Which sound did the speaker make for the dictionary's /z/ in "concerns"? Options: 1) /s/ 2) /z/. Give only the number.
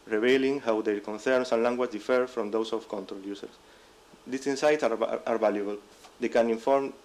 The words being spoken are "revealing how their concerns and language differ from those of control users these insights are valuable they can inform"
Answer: 1